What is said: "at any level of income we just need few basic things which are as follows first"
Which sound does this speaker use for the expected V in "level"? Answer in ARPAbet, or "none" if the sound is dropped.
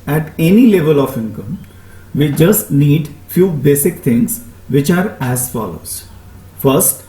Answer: V